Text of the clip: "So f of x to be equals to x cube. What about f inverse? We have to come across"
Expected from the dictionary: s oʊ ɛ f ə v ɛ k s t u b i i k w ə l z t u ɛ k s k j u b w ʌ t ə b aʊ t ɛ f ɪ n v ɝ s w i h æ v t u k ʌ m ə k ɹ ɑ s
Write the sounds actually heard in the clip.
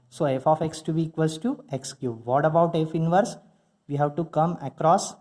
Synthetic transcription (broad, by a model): s oʊ ɛ f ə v ɛ k s t u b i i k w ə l s t u ɛ k s k j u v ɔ t ə b aʊ t ɛ f ɪ n v ɝ s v i h æ v t u k ʌ m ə k ɹ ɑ s